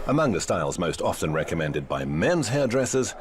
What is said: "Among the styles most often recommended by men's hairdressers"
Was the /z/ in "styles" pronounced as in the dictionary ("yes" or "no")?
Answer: yes